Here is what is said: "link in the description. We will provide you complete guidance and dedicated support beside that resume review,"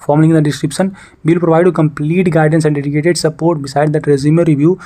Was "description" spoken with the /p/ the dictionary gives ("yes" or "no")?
yes